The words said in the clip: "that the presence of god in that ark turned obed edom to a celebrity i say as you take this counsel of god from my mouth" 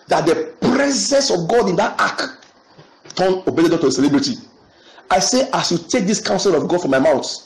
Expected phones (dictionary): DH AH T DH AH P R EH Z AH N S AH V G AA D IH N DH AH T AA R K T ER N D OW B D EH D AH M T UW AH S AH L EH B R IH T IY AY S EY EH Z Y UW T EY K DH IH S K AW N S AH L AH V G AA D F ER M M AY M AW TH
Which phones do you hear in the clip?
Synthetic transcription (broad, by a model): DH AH T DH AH P R EH Z AH N S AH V G AA D IH N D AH T AA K T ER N OW B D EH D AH T UW AH S AH L EH B R IH T IY AY S EY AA S Y UW T EY K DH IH S K AW N S AH L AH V G AA D F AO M M AY M AW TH